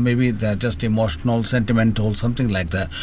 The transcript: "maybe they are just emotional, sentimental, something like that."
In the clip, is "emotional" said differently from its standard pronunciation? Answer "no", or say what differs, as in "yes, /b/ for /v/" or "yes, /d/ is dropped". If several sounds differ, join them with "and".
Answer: no